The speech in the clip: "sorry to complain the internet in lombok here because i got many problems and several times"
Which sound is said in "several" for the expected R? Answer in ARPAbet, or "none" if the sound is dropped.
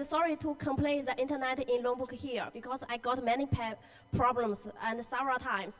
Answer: none